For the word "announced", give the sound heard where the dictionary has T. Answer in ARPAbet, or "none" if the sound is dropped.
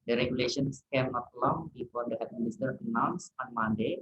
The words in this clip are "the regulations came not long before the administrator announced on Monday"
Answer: none